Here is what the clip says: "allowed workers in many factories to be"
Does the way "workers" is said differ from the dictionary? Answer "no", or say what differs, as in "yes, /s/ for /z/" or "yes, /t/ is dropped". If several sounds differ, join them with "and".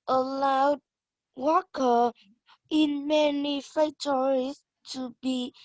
yes, /z/ is dropped